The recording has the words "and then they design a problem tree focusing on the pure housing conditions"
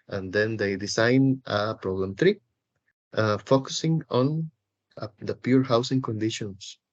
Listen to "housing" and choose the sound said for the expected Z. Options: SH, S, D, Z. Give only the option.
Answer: S